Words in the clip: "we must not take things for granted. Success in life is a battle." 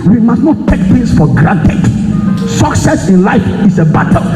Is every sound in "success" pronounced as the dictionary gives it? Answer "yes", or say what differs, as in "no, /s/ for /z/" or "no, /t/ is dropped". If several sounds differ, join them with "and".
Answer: yes